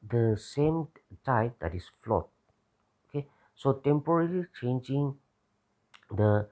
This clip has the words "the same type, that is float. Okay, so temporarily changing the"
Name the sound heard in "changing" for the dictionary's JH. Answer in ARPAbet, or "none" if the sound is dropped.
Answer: JH